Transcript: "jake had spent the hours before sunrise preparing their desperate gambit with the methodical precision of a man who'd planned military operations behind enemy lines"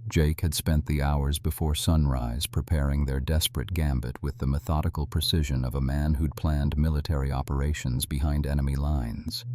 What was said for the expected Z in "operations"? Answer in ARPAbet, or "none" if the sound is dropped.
Z